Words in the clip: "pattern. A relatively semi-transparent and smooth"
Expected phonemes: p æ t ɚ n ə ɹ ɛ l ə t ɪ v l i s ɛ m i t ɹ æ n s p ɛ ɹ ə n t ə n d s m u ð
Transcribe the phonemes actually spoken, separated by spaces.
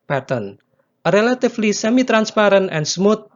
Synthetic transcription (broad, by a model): p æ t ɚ n ɹ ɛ l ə t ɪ f l i s ɛ m i t ɹ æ n s p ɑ ɹ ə n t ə n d s m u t